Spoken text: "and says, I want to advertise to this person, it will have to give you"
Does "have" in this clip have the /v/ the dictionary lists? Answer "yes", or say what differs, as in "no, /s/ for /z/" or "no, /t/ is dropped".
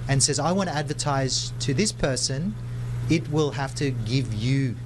no, /f/ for /v/